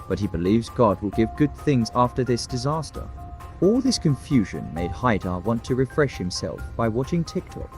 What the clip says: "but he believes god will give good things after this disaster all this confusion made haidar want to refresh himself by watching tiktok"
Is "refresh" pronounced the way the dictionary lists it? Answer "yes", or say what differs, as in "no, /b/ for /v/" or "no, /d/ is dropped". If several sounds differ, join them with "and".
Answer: yes